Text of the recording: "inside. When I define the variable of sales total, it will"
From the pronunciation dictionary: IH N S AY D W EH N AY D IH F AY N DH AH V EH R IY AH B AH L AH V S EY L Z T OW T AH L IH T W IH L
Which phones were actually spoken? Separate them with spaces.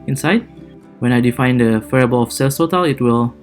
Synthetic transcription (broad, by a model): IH N S AY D W EH N AY D IH F AY N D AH F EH R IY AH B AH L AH F S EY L S T OW T AH L IH T W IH L